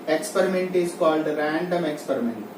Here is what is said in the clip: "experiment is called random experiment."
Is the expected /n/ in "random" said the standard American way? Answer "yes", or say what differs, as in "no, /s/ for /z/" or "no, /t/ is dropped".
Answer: yes